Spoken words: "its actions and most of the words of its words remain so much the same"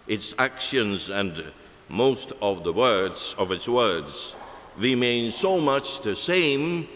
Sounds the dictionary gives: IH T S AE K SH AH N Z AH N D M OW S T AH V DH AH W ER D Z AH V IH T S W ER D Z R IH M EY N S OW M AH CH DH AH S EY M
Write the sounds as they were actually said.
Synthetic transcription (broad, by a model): IH T S AE K SH AH N Z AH N M OW S T AH V DH AH W ER D Z AH V IH T S W ER D Z R IH M EY N S OW M AH CH DH AH S EY M